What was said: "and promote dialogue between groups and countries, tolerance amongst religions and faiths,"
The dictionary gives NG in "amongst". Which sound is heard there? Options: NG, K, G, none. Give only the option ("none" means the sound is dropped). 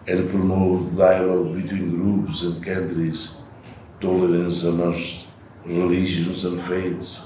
none